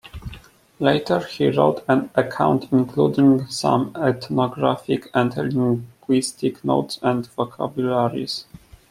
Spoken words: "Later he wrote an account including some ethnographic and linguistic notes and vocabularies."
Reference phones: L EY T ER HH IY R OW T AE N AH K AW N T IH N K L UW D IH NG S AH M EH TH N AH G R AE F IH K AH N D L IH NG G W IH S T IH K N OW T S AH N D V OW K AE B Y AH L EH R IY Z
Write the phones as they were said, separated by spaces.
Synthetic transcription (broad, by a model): L EY T ER HH IY R OW T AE N AH K AW N T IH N K L UW D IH NG S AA M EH T N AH G R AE F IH K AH N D L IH NG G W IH S T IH K N OW T S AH N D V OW K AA B Y L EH R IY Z